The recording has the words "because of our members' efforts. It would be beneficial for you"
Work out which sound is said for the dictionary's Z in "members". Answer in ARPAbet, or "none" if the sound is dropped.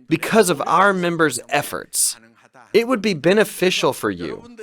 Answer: Z